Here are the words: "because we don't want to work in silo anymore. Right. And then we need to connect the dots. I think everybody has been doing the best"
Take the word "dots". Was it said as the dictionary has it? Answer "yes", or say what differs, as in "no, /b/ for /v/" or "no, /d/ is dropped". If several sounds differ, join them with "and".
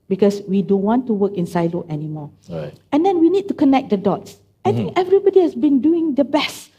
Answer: yes